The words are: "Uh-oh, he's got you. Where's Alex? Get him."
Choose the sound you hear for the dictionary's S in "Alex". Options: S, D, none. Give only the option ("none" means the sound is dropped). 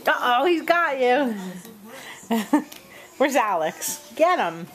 S